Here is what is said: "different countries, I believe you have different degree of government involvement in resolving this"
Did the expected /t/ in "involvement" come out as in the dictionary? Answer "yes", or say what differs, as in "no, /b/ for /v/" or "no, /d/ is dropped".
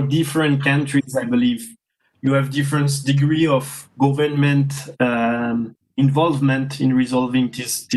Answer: yes